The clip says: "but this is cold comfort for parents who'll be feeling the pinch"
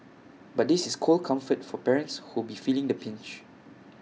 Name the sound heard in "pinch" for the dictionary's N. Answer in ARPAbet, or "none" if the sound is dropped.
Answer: N